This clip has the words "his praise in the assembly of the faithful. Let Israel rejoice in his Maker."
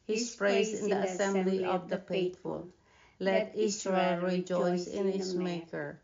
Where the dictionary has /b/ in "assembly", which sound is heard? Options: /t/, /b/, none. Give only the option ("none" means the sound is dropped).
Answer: /b/